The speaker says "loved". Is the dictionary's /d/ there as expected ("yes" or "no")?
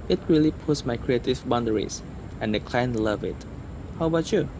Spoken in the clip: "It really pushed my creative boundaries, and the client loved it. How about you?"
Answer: no